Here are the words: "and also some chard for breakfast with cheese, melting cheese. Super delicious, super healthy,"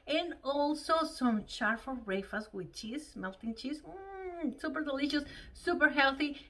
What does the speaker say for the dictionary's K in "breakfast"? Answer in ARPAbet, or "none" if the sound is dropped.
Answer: none